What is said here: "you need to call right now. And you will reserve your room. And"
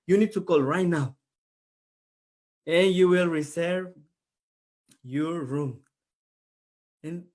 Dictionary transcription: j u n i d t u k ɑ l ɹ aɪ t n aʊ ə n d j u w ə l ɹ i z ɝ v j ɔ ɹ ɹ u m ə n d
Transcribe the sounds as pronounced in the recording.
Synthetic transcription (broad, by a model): j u n i d t u k ɑ l ɹ aɪ t n aʊ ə n j u w ə l ɹ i s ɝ v j ɔ ɹ ɹ u m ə n